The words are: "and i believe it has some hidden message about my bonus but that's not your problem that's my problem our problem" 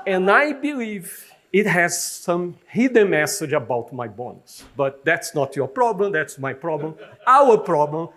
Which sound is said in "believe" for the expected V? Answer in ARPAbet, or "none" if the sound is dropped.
V